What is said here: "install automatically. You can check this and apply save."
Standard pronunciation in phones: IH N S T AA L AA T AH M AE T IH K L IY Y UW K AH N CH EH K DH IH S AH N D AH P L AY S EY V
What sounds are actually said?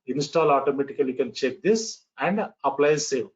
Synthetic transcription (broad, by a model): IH N S T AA L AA T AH M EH T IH K IY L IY K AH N CH EH K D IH S AH N D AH P L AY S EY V